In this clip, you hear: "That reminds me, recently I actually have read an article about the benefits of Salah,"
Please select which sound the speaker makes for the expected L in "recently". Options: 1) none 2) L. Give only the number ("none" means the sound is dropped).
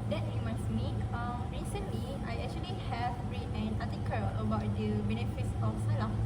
2